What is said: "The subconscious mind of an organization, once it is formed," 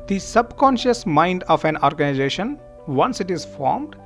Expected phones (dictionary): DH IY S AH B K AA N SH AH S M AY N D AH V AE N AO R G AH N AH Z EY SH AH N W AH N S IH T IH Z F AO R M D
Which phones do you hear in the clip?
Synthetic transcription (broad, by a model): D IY S AH B K AA N SH AH S M AY N D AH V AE N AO R G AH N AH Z EY SH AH N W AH N S IH T IH Z F AO R M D